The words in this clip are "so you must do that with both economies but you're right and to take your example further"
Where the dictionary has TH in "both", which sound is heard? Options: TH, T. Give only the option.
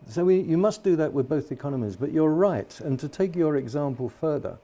TH